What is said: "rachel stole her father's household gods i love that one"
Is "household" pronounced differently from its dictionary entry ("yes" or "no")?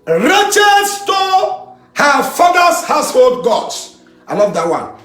no